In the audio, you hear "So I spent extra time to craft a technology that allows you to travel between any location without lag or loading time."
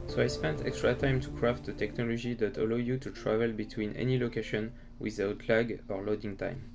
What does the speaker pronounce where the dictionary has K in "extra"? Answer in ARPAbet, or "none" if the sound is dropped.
K